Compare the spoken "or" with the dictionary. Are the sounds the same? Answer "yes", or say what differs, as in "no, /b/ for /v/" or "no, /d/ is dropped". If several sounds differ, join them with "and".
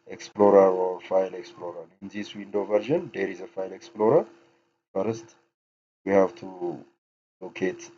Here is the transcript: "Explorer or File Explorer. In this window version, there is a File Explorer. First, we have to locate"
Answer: no, /w/ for /ɹ/